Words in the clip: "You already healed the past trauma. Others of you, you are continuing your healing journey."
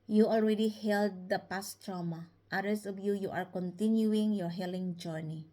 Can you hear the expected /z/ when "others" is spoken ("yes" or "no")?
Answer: no